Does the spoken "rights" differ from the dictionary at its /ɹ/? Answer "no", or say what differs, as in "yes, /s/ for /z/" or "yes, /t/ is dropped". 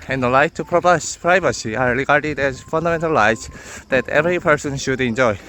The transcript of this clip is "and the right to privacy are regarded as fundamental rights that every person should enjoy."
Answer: yes, /l/ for /ɹ/